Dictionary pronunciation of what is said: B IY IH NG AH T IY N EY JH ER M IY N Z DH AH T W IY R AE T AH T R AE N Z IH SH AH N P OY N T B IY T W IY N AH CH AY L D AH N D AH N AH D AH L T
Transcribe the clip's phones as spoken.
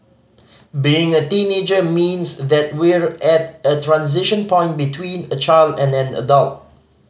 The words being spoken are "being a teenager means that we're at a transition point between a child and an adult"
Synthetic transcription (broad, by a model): B IY IH NG AH T IY N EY JH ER M IY N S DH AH T W IY R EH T AH T R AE N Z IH SH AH N P OY N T B IY T W IY N AH CH AY L D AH N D AH N AH D AH L T